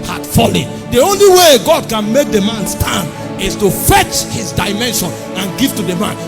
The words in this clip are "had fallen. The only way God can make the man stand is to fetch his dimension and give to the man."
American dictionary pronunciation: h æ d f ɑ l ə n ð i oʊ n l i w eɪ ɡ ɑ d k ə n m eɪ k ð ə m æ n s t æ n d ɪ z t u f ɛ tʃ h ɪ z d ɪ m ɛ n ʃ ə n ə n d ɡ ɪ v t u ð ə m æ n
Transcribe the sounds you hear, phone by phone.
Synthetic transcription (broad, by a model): h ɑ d f ɑ l ə n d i oʊ n l i w eɪ ɡ ɑ d k ə n m eɪ k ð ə m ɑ n s t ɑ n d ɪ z t u f ɛ tʃ h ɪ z d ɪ m ɛ n ʃ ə n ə n ɡ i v t u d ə m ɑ n